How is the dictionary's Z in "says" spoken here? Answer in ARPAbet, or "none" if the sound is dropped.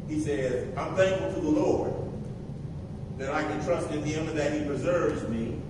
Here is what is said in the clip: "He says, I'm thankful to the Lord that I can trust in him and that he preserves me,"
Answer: Z